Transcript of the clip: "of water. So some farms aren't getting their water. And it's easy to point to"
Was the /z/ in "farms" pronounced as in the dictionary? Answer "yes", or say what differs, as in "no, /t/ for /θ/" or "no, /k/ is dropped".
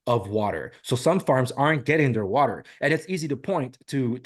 yes